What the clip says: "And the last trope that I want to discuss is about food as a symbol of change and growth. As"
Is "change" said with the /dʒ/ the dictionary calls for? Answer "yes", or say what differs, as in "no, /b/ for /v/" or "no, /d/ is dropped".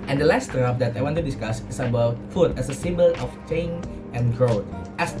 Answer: no, /dʒ/ is dropped